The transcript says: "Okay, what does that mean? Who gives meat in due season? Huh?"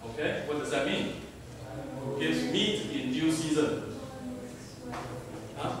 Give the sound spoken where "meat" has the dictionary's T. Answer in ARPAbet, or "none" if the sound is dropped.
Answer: T